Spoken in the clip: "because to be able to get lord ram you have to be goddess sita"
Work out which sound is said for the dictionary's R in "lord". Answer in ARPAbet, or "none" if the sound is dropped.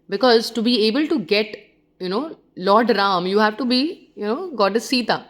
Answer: L